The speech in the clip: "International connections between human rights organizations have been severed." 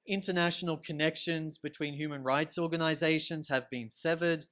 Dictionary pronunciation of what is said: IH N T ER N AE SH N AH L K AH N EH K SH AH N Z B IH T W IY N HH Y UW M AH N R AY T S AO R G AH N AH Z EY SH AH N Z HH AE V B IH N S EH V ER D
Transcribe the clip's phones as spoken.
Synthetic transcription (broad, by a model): IH N T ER N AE SH N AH L K AH N EH K SH AH N Z B IH T W IY N HH Y UW M AH N R AY T S AO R G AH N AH Z EY SH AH N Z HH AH V B IH N S EH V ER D